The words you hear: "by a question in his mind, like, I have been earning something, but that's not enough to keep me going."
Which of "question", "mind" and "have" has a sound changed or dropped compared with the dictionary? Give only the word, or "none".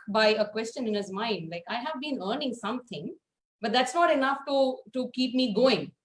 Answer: none